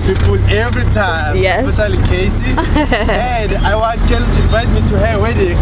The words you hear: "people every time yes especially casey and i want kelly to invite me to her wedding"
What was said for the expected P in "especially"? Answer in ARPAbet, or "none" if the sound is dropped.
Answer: none